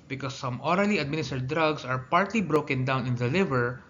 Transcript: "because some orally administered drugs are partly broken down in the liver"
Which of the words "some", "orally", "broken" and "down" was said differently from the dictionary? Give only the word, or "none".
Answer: none